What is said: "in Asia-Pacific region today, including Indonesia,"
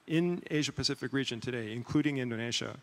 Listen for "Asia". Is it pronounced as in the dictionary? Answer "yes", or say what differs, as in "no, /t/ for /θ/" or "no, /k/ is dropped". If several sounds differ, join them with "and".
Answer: yes